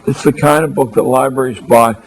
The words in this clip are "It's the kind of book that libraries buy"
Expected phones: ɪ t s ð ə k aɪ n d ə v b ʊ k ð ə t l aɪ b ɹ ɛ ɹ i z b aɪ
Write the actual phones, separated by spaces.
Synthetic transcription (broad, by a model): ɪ t s ð ə k aɪ n d ə v b ʊ k ð ə t l aɪ b ɹ ɛ ɹ i z b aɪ